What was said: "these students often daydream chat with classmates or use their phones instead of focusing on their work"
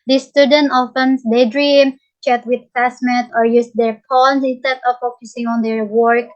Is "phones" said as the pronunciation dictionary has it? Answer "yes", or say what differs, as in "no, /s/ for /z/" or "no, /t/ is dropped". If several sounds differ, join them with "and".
no, /p/ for /f/